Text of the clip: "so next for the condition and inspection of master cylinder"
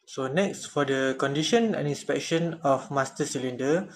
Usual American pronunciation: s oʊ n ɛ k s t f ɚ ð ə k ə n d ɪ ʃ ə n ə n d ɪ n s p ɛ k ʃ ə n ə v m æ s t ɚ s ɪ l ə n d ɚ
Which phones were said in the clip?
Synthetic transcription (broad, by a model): s oʊ n ɛ k s t f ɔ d ə k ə n d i ʃ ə n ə n ɪ n s p ɛ k ʃ ə n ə f m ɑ s t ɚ s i l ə n d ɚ